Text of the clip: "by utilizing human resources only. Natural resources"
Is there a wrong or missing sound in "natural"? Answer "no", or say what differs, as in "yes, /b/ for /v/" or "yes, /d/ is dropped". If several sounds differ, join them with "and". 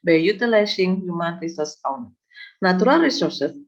yes, /tʃ/ is dropped